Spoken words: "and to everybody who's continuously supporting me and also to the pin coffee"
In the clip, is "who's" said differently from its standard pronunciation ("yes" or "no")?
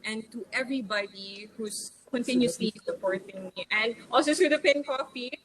yes